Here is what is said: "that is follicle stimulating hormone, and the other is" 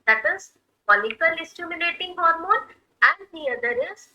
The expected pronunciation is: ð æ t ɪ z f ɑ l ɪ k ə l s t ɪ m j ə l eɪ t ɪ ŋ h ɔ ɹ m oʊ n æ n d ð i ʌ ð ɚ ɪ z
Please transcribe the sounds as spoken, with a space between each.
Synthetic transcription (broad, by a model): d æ t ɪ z p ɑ l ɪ k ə l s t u m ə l eɪ t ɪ ŋ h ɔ ɹ m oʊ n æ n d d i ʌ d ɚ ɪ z